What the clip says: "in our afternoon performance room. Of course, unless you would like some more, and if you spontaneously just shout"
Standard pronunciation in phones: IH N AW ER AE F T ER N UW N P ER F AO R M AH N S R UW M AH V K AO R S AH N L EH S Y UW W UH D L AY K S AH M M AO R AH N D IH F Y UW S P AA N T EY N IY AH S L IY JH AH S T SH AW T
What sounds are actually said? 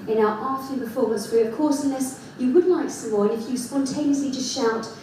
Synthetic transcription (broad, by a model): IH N AW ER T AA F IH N P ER F AO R M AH N S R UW AH V K AO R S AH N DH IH S Y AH W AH D L AY K S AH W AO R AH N IH F Y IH S P AA N T EY N IY AH S L IY JH AH S T SH AW T